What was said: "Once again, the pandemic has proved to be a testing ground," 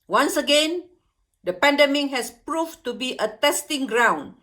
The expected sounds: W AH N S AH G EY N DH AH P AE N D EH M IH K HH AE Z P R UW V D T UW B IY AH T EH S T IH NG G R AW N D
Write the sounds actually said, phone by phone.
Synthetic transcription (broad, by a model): W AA N S AH G EY N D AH P AE N D EH M IH K HH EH S P R UW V T UW B IY AH T EH S T IH NG G R AW N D